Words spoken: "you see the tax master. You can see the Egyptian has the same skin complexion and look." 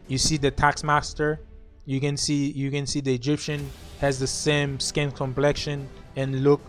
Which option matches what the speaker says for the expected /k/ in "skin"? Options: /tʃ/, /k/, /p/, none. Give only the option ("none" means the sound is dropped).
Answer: /k/